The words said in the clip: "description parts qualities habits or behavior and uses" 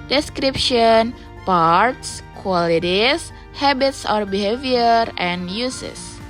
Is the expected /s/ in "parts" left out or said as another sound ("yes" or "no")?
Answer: no